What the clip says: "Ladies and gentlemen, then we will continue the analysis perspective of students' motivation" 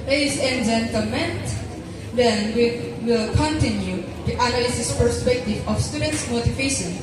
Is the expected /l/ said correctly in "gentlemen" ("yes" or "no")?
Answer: no